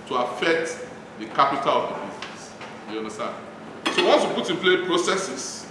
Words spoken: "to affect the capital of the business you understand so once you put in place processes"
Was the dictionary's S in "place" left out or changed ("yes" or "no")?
yes